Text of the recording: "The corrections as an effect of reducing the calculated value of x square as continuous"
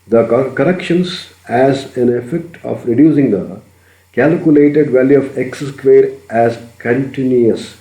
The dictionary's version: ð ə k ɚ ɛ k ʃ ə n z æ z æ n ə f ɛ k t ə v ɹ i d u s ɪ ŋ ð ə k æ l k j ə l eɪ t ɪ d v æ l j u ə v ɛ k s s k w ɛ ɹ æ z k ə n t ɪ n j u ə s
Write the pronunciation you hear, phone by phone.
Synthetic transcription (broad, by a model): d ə k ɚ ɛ k ʃ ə n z æ z æ n ə f ɛ k t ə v ɹ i d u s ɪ ŋ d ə k æ l k j ə l eɪ t ɪ d v æ l j u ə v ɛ k s s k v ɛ ɹ æ z k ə n t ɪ n j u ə s